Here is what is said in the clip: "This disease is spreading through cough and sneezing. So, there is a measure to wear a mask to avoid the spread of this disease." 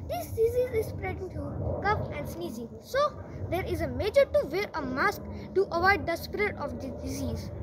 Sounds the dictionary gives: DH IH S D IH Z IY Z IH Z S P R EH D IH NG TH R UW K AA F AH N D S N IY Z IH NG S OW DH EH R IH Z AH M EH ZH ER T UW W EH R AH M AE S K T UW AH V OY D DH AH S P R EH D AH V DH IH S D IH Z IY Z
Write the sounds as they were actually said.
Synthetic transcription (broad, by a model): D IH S D IH Z IY Z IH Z S P R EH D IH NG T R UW K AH P AH N D S N IY Z IH NG S OW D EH R IH Z AH M EH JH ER T UW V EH R AH M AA S K T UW AH V OY D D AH S P R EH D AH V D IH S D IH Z IY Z